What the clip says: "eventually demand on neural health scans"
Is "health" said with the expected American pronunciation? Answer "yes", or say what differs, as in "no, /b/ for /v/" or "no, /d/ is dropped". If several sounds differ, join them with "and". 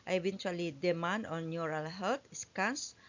no, /t/ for /θ/